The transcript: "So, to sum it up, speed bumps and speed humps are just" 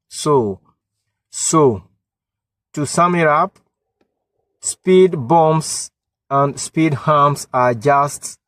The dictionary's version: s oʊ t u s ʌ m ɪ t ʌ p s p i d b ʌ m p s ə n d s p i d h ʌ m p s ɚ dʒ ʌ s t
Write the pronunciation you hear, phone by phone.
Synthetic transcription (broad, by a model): s oʊ t u s ʌ m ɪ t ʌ p s p i d b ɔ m s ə n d s p i d h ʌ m s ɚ dʒ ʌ s t